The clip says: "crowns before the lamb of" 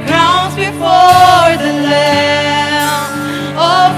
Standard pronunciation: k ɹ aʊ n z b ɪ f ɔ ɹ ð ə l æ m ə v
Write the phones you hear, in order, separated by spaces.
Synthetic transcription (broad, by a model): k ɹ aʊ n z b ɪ f ɔ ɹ ð ə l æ ə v